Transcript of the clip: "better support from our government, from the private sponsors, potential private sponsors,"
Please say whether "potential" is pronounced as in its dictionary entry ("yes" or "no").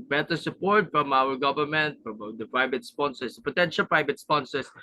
yes